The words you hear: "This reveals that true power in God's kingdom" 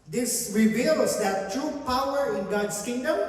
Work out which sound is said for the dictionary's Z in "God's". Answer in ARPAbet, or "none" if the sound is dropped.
S